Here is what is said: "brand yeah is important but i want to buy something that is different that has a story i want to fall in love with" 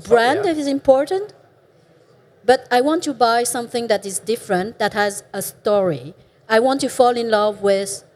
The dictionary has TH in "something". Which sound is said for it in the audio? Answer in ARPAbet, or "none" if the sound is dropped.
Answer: TH